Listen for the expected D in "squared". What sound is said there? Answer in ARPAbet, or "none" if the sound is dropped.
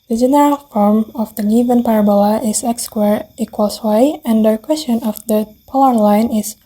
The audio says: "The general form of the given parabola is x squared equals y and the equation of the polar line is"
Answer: none